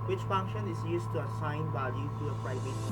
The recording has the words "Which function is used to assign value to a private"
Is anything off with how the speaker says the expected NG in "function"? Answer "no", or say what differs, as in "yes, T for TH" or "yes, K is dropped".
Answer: no